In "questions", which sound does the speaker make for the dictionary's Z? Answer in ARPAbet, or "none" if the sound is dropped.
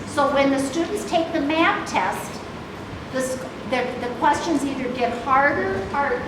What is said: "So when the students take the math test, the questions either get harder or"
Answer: Z